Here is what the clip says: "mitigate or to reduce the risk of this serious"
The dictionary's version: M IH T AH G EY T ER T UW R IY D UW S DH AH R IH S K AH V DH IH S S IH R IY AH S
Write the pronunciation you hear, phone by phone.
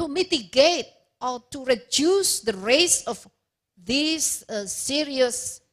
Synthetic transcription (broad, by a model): M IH T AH G EY T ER T UW R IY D UW S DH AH R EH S AH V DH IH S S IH R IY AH S